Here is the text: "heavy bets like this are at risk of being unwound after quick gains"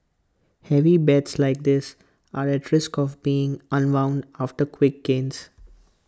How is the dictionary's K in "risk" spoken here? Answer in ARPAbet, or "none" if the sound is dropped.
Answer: K